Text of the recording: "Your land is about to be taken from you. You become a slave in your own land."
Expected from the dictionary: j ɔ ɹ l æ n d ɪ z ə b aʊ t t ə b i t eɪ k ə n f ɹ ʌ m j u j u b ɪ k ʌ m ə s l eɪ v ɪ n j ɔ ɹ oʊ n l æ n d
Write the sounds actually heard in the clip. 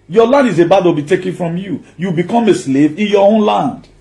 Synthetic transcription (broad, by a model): j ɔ l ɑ n d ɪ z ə b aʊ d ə b i t eɪ k ə n f ɹ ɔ m j u j u b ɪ k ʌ m ə s l eɪ v ɪ n j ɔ oʊ n l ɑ n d